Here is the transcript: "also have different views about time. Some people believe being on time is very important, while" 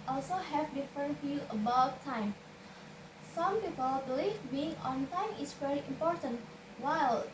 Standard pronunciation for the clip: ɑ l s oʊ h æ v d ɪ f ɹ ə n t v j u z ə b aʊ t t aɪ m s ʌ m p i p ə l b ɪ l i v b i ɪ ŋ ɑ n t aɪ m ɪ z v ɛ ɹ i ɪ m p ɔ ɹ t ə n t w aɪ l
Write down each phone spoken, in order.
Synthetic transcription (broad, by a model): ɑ l s oʊ h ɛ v d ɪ f ɹ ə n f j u ə b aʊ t t aɪ m s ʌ m p i p ə l b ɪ l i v b i ɪ ŋ ɑ n t aɪ m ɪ s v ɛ ɹ i ɪ m p ɔ ɹ t ə n t w aɪ l